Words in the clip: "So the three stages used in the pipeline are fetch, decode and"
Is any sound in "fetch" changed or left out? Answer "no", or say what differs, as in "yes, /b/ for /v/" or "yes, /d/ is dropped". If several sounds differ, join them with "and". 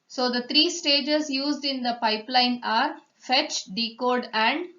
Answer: no